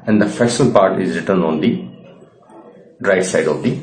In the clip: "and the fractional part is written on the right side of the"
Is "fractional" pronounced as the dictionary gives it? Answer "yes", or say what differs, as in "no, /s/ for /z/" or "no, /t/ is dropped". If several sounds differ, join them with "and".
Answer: no, /ɹ/ is dropped and /k/ is dropped